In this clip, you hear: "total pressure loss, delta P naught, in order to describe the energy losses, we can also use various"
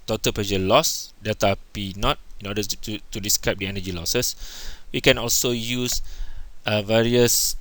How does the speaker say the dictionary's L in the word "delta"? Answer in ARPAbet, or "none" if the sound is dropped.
none